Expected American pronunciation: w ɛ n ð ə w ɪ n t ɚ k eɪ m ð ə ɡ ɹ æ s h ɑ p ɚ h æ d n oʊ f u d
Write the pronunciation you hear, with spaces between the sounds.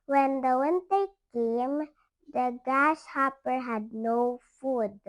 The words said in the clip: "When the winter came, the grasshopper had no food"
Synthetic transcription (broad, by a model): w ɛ n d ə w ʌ n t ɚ k eɪ m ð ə ɡ æ ʃ h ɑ p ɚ h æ d n oʊ f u d